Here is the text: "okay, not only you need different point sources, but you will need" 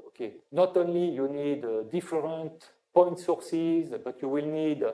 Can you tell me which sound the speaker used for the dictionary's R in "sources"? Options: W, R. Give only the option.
R